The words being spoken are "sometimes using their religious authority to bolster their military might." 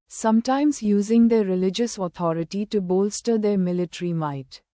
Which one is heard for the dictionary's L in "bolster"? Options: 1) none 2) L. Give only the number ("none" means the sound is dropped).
2